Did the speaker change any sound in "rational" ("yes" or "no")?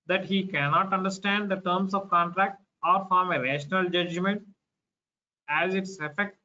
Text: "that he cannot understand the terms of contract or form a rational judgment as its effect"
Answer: no